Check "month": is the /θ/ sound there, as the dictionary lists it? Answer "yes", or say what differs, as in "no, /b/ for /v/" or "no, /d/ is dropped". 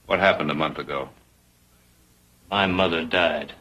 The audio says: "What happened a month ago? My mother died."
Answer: yes